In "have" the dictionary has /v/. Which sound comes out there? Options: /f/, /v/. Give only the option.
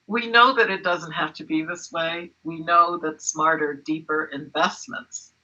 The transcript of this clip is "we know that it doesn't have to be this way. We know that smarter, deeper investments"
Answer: /f/